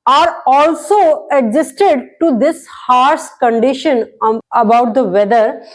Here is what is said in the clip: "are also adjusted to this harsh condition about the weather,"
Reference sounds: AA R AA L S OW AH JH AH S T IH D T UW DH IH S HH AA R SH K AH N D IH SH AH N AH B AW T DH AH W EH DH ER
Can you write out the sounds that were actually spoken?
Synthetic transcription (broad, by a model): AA R AA L S OW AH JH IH S T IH D T UW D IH S HH AA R S K AH N D IH SH AH N AH B AW T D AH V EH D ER